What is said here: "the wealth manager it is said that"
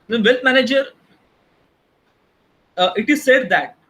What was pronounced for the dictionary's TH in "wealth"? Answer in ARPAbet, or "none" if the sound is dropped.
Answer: T